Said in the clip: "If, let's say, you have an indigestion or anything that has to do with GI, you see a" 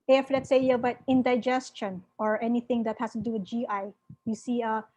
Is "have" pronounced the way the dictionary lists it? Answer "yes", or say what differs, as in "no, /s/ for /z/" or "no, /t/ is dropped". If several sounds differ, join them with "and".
no, /b/ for /v/